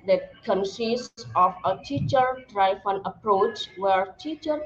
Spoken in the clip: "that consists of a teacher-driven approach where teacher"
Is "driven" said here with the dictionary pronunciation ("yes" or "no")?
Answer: no